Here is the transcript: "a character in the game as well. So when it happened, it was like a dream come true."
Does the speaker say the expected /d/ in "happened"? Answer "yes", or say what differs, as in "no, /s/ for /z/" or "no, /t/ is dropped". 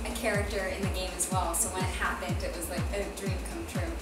yes